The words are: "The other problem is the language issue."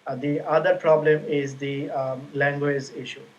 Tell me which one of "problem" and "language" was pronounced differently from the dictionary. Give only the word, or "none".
none